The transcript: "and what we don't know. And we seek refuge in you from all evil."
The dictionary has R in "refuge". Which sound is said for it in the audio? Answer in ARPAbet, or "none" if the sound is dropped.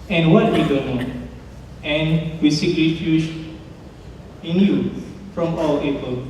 L